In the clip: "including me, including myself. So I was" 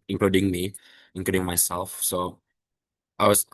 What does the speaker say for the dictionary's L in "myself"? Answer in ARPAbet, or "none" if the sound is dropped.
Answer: L